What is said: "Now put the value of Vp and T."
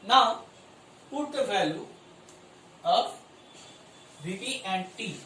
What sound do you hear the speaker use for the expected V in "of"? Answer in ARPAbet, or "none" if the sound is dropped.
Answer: P